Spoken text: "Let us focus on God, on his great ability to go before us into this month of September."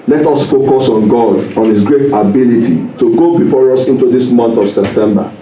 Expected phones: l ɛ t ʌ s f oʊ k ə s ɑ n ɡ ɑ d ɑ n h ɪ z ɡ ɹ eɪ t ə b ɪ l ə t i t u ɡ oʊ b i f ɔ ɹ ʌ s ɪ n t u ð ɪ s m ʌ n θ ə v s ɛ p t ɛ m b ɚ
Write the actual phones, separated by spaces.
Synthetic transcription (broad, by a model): l ɛ t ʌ s f oʊ k ə s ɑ n ɡ ɑ d ɑ n h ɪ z ɡ ɹ eɪ t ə b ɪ l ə t i t u ɡ oʊ b i f ɔ ɹ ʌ s ɪ n t u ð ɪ s m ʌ n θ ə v s ɛ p t ɛ m b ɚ